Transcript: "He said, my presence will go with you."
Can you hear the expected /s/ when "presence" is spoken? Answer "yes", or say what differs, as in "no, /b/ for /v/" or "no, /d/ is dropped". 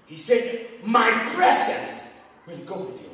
yes